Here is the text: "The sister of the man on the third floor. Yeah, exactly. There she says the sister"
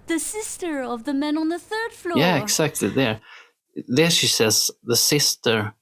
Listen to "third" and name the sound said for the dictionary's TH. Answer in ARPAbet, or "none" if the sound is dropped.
TH